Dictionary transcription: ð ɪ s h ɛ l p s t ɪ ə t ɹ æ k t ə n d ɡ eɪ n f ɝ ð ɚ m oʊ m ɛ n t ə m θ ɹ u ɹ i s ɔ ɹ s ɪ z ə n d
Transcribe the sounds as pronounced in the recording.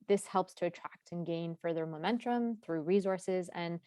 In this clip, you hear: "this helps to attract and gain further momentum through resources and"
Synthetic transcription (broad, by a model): ð ɪ s h ɛ l p s t ɪ ə t ɹ æ k t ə n ɡ eɪ n f ɝ ð ɚ m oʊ m ɛ n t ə m θ ɹ u ɹ i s ɔ ɹ s ɪ z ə n